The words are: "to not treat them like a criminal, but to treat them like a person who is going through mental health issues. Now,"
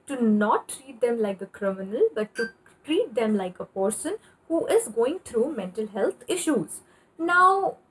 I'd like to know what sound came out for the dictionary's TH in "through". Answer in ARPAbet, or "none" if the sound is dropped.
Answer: T